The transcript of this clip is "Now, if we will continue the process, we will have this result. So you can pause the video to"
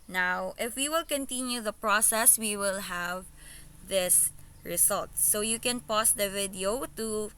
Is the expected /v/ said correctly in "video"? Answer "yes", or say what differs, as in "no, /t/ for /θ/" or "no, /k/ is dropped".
yes